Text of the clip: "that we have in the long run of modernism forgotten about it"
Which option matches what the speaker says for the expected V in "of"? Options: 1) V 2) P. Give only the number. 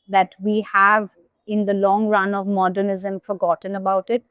1